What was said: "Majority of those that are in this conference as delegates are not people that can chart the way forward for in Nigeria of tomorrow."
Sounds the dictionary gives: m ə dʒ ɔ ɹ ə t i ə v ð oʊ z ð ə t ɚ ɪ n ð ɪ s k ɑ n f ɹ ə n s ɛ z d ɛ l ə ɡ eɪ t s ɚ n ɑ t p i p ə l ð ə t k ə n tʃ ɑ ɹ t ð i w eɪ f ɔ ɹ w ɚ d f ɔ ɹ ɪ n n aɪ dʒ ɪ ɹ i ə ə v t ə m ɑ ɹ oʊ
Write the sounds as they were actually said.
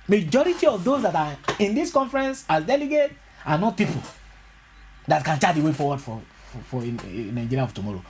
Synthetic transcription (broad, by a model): m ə dʒ ɔ ɹ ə t i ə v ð oʊ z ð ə t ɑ ɪ n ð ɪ s k ɑ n f ɹ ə n s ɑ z d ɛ l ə ɡ eɪ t ɑ n ɑ t p i p ə l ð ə t k ə n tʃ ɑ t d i w eɪ f ɔ w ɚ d f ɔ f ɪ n n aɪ dʒ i ɹ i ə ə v t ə m ɑ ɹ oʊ